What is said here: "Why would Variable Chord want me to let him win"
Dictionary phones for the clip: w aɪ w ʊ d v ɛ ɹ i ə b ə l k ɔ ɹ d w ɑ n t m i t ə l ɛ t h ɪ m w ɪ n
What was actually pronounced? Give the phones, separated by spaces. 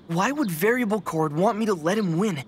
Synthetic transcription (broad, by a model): w aɪ w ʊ d v ɛ ɹ i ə b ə l k ɔ ɹ d w ɑ n m i t ə l ɛ t h ɪ m w ɪ n